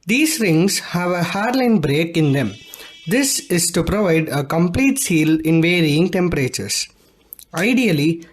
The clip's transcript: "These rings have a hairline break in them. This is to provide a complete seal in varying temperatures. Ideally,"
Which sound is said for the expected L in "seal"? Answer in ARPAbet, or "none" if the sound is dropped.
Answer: L